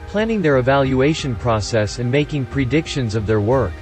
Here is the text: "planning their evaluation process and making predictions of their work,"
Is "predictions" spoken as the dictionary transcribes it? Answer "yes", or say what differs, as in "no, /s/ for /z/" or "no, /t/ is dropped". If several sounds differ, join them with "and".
yes